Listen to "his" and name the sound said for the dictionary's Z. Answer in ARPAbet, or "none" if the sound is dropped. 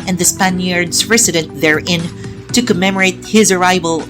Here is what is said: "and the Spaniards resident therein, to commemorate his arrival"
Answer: Z